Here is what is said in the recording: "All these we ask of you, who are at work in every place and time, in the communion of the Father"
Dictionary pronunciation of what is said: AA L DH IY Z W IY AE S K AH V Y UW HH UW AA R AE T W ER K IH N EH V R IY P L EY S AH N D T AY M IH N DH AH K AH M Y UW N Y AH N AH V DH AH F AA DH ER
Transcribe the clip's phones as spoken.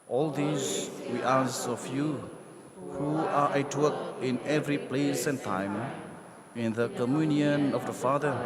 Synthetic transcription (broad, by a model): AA L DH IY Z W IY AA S AH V Y UW HH UW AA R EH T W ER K IH N EH V R IY P L EY S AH N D T AY M IH N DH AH K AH M Y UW N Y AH N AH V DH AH F AA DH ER